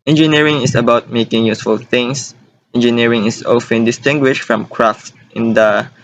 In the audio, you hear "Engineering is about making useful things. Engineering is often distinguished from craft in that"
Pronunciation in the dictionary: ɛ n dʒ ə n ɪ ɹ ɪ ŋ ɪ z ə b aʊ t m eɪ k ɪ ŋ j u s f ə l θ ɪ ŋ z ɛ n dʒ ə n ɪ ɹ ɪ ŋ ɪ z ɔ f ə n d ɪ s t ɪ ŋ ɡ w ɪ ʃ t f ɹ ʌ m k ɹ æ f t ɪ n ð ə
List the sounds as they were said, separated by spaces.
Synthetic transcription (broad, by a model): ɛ n dʒ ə n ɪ ɹ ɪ ŋ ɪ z ə b aʊ t m eɪ k ɪ ŋ j u s f ə l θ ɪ ŋ s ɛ n dʒ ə n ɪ ɹ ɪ ŋ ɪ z ɔ f ə n d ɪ s t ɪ ŋ ɡ w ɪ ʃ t f ɹ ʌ m k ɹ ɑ f t ɪ n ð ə